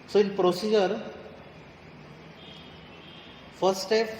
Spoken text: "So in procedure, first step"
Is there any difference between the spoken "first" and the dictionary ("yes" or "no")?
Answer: yes